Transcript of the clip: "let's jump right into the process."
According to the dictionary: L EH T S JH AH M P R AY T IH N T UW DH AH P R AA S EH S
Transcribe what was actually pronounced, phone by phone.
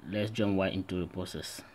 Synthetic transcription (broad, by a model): L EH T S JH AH M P W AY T IH N T UW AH P R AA S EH S